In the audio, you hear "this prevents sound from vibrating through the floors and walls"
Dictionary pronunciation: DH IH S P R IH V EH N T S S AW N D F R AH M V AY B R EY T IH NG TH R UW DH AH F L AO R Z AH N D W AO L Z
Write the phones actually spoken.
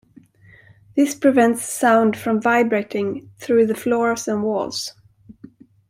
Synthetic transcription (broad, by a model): DH IH S P R IH V EH N T S S AW N D F R AH M V AY B R EY T IH NG TH R UW DH AH F L AO R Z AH N W AO L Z